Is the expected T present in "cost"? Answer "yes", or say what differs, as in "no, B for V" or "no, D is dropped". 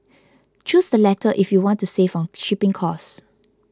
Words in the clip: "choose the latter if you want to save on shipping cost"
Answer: no, T is dropped